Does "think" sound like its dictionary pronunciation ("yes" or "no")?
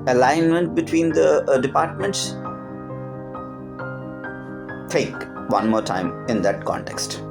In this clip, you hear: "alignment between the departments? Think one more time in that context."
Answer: no